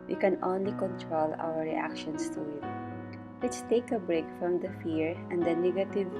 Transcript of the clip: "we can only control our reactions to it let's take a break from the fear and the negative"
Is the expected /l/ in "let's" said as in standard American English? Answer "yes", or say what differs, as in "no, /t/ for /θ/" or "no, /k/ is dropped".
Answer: no, /w/ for /l/